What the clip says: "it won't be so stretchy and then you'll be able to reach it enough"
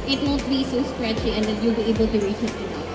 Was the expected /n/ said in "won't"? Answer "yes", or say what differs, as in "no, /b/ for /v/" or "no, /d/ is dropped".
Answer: no, /l/ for /n/